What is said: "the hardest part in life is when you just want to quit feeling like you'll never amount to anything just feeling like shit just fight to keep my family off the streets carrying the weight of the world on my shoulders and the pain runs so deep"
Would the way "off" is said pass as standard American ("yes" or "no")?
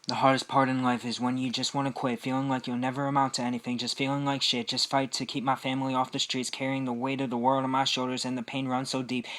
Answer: yes